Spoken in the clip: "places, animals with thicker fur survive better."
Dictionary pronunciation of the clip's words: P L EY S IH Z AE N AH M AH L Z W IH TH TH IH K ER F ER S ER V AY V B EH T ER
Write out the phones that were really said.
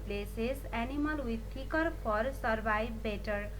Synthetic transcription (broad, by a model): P L EY S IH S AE N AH M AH L W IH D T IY K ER P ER S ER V AY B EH T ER